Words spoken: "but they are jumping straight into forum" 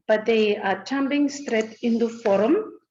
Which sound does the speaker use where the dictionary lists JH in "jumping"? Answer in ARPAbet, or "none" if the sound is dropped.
CH